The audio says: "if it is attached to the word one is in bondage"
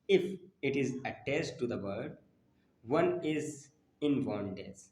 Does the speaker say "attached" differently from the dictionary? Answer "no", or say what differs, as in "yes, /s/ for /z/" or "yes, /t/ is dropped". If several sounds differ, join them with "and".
yes, /s/ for /tʃ/